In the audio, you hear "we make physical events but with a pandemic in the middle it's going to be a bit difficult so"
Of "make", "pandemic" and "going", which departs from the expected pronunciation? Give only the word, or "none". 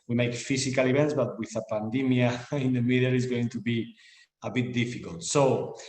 pandemic